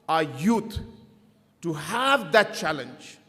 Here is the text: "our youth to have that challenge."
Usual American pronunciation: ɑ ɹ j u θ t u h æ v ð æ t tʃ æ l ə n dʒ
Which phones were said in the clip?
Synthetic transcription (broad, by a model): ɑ j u t t u h æ v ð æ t tʃ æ l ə n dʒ